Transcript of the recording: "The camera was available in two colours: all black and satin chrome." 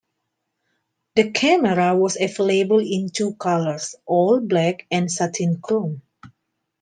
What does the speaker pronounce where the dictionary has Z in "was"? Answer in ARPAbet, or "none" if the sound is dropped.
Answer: S